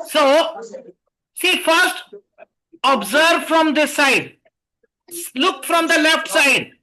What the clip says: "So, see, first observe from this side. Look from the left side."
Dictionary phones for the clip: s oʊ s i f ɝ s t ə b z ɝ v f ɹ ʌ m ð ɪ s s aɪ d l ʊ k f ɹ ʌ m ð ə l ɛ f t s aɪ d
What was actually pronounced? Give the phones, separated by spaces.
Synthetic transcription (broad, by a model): s oʊ s i f ɝ s t ə b z ɝ v f ɹ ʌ m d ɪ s s aɪ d l ʊ k f ɹ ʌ m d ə l ɛ f t s aɪ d